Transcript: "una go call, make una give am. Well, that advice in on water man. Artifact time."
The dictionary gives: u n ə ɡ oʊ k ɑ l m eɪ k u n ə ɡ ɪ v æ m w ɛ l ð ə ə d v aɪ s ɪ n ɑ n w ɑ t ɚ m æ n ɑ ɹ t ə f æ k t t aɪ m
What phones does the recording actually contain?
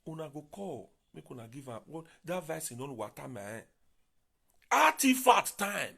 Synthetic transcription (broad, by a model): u n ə ɡ oʊ k ɑ l m eɪ k u n ə ɡ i v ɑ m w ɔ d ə v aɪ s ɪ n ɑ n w ɑ t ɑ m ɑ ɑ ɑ t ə f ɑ t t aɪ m